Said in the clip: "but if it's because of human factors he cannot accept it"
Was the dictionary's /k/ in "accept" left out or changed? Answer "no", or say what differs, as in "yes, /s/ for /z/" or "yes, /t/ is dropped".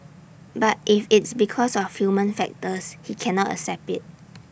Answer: yes, /k/ is dropped